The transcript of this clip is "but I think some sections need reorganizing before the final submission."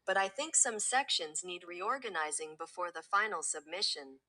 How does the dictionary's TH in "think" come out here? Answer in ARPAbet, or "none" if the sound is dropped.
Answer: TH